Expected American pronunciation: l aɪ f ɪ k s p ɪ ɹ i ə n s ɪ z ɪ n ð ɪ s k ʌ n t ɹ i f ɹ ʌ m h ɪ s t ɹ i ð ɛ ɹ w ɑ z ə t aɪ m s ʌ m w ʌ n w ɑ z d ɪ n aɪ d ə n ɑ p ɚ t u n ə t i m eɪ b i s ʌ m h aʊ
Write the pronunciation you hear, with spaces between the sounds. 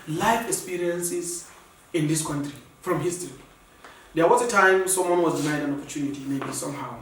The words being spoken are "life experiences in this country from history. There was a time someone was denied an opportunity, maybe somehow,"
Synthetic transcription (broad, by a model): l aɪ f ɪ k s p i ɹ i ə n s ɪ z ɪ n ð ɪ s k ʌ n t ɹ i f ɹ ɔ m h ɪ s t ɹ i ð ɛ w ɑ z ə t aɪ m s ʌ m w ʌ n w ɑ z d ɪ n aɪ d ə n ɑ p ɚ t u n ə t i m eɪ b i s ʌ m h aʊ